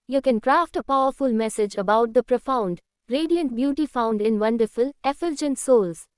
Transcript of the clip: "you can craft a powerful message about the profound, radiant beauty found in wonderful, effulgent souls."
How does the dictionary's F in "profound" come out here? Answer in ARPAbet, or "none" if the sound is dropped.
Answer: F